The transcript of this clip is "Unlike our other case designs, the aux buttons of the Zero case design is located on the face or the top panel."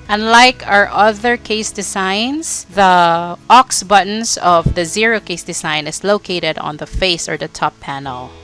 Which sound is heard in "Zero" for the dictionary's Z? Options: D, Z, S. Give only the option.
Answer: Z